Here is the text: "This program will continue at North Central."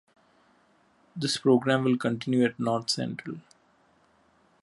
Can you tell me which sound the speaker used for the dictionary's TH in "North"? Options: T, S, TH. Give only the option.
T